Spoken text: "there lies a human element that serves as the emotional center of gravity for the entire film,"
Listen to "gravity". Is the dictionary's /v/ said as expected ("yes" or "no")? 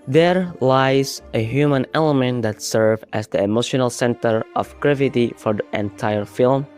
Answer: yes